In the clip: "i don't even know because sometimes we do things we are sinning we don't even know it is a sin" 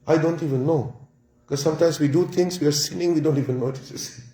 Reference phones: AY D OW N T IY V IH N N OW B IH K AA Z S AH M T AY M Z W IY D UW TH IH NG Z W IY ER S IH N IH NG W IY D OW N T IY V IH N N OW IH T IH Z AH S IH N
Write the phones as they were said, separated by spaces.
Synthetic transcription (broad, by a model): AY D OW N T IY V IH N N OW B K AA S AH M T AY M S W IY D UW T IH NG S W IY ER S IH N IH NG W IY D OW N T IY V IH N N OW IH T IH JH AH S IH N